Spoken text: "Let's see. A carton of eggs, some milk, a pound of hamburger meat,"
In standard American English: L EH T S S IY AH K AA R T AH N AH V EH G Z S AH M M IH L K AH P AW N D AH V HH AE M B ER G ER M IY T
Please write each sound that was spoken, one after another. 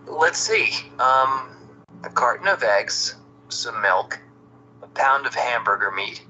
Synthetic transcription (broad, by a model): L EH T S S IY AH K AA R T N AH V EH G Z S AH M M IH L K AH P AW N D AH V HH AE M B ER G ER M IY T